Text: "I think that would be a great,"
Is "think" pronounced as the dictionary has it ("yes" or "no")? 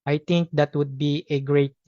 no